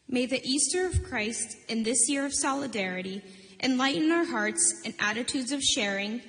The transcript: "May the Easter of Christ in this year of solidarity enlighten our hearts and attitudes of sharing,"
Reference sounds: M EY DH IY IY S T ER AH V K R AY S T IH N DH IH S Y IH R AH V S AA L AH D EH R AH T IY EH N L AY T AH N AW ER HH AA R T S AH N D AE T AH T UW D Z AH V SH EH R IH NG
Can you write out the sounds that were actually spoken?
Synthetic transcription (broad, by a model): M EY DH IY IY S T ER AH V K R AY S T IH N DH IH S Y IH R AH V S AA L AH D EH R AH T IY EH N L AY T N AW ER HH AA R T S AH N AE T AH T UW D Z AH V SH EH R IH NG